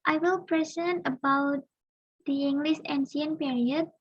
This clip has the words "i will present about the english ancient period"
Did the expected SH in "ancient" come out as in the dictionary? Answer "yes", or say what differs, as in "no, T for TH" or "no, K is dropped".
no, S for SH